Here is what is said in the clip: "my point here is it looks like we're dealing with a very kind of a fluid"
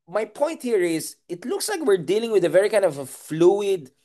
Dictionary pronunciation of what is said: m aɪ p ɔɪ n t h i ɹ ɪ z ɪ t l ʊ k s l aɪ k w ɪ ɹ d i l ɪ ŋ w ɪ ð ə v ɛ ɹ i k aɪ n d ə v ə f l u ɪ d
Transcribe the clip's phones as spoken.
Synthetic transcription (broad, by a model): m aɪ p ɔɪ n t h i ɹ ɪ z ɪ t l ʊ k s l aɪ k w ɪ ɹ d i l ɪ ŋ w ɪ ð ə v ɛ ɹ i k aɪ n d ə v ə f l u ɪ d